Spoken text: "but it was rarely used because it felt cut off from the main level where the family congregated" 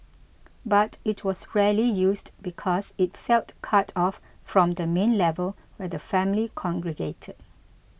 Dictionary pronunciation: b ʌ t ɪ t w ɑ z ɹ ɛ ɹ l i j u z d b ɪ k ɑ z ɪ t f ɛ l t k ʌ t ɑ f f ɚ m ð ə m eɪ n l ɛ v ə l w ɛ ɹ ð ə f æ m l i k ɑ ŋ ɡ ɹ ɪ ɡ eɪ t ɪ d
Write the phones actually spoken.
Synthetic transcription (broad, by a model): b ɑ t ɪ t w ɑ s ɹ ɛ l i j u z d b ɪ k ɑ s ɪ t f ɛ l t k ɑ t ɑ f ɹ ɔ m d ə m eɪ n l ɛ v ə l w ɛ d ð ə f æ m l i k ɑ ŋ ɡ ɹ ɪ ɡ eɪ t ɪ d